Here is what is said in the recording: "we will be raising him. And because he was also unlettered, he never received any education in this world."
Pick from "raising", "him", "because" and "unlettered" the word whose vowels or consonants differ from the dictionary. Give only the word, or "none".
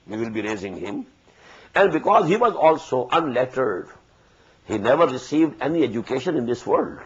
none